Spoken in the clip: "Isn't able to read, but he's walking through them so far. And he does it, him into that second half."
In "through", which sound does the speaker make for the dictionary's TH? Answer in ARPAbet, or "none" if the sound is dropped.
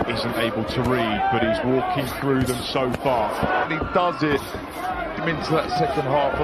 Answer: TH